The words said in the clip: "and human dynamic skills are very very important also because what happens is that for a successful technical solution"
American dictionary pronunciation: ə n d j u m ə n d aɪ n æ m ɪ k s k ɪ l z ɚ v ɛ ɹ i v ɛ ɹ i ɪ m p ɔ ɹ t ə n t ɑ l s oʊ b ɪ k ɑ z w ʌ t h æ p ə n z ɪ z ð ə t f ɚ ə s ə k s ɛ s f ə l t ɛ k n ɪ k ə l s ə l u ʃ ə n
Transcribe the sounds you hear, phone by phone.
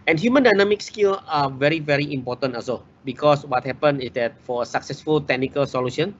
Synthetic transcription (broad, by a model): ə n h j u m ə n d aɪ n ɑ m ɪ k s k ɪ l ɑ v ɛ ɹ i v ɛ ɹ i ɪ m p ɔ t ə n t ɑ s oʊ b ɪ k ɑ s w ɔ t h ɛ p ə n ɪ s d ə t f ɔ ə s ə k s ɛ s f ə l t ɛ k n ɪ k ə l s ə l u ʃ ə n